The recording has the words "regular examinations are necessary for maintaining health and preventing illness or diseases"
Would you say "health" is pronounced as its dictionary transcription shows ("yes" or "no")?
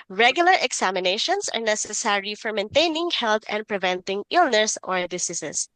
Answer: no